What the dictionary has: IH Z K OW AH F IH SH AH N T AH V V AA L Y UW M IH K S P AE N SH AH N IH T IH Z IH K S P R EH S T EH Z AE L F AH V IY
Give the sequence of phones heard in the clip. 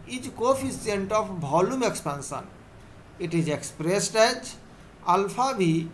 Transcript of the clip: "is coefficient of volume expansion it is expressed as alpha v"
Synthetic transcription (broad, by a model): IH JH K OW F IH S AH N T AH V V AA L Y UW M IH K S P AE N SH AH N IH T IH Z IH K S P R EH S T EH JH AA L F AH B IY